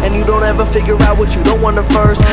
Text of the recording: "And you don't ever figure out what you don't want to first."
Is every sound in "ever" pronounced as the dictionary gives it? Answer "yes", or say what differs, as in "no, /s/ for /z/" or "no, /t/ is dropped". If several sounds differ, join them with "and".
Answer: yes